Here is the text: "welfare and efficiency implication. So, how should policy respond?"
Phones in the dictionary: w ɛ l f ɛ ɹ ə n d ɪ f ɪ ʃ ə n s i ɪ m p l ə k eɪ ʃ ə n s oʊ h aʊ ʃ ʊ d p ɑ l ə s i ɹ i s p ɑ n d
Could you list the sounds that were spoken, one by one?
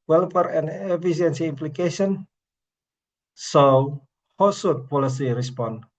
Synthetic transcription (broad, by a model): w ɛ l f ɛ ɹ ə n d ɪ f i s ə n s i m p l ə k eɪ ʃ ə n s oʊ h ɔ s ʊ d p ɑ l ə s i ɹ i s p ɑ n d